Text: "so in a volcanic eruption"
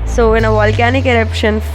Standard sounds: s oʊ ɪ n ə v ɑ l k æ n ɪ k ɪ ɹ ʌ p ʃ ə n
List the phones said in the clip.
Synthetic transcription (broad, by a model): s oʊ ɪ n ə v ɑ l k æ n ɪ k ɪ ɹ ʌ p ʃ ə n